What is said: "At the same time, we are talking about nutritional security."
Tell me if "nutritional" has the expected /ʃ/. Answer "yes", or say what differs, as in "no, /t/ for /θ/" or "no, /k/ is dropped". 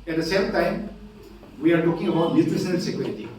no, /s/ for /ʃ/